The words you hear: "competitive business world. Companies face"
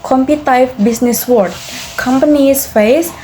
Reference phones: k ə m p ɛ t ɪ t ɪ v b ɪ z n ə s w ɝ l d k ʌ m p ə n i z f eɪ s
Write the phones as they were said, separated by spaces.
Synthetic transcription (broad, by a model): k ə m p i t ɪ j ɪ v b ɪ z n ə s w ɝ d k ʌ m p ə n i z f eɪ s